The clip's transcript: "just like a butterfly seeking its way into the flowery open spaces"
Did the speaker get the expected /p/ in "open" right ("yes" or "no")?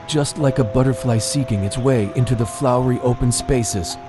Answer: yes